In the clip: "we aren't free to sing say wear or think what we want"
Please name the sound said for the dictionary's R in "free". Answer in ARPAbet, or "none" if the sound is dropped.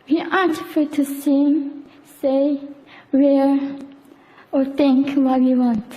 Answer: none